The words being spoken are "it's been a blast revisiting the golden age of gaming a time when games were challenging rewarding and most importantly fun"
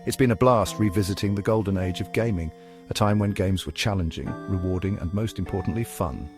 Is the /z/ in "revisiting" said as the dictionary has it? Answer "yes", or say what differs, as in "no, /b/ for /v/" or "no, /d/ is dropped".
yes